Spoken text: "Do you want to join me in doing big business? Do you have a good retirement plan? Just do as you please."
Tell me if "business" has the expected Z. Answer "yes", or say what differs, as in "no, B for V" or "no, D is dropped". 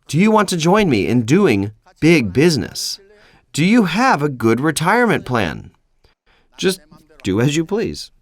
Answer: yes